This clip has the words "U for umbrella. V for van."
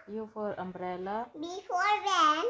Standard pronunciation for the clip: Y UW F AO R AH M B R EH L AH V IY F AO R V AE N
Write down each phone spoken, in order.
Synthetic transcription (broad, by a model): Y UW F AO R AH M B R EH L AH B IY F AO R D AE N